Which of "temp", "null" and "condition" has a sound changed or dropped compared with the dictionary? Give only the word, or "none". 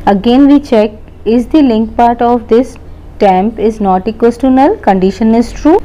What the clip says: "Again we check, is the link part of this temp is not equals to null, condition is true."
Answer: none